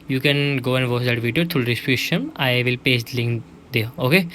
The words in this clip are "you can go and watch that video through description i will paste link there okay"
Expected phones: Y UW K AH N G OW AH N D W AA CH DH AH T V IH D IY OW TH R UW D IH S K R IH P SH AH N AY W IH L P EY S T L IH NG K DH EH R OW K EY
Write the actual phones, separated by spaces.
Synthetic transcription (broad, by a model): Y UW K AH N G OW AH N D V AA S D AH T V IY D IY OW T R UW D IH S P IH SH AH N AY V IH L P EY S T L IH NG K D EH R OW K EY